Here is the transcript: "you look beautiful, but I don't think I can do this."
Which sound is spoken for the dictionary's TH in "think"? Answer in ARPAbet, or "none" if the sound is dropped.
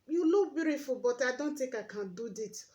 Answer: T